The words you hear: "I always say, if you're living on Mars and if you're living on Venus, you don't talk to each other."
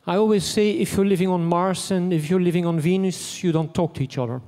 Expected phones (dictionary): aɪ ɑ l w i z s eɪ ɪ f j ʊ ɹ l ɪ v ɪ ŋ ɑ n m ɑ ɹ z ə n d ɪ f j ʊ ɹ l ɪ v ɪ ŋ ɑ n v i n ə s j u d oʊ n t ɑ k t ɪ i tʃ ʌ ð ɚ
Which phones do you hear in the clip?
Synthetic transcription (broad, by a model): aɪ ɑ l w i z s eɪ ɪ f j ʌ ɹ l ɪ v ɪ ŋ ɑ n m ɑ ɹ s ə n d ɪ f j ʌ ɹ l ɪ v ɪ ŋ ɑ n v i n ə s j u d oʊ n t ɑ k t ɪ i tʃ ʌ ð ɚ